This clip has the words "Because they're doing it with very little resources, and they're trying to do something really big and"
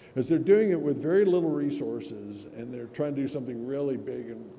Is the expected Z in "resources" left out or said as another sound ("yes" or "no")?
no